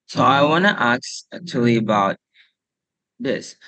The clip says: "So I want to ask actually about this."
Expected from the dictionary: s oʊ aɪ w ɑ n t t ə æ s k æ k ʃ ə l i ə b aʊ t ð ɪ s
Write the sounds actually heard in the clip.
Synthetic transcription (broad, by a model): s oʊ aɪ w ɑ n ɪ t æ k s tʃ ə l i ə b aʊ t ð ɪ s